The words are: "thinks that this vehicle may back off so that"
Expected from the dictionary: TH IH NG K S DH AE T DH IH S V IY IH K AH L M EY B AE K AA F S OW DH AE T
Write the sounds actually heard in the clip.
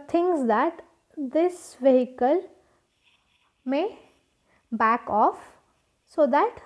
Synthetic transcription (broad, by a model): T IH NG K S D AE T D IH S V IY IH K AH L M EY B AE K AA F S OW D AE T